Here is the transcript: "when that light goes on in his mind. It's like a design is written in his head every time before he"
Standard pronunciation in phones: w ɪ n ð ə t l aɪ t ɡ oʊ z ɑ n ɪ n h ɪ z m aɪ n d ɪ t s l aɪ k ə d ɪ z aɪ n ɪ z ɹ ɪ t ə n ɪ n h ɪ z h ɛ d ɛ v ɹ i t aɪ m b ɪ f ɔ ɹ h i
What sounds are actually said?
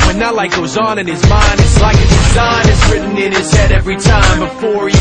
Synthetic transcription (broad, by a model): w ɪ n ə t l aɪ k ɡ oʊ z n ɪ n ɪ z m aɪ n d ɪ t s l aɪ k ə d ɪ z aɪ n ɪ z ɹ ɪ t n ɪ n ɪ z h ɛ d ɛ v ɹ i t aɪ m b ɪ f ɔ ɹ